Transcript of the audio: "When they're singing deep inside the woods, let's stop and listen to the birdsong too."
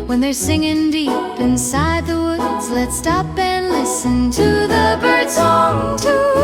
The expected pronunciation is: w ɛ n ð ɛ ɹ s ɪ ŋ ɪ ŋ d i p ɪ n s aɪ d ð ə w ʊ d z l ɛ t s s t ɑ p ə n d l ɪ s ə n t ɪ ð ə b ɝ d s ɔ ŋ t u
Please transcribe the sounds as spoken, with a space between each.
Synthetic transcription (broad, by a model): w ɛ n ð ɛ ɹ s ɪ ŋ ɪ ŋ d i p ɪ n s aɪ d ð ə w ʊ d z l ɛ t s s t ɑ p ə n l ɪ s ə n t ɪ ð ə b ɝ d s ɔ ŋ t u